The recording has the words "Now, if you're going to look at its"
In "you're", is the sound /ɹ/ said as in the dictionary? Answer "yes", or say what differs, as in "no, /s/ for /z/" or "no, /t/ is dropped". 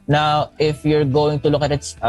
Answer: yes